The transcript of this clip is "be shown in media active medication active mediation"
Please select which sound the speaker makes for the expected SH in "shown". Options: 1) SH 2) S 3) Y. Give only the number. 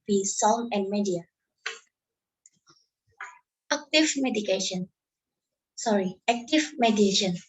2